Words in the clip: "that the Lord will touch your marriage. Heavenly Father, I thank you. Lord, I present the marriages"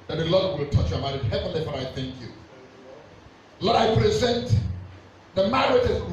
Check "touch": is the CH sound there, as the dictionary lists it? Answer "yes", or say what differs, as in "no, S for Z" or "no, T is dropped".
yes